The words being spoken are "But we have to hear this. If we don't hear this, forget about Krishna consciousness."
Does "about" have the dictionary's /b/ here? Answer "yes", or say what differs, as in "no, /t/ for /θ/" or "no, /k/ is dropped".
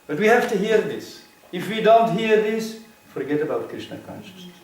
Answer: yes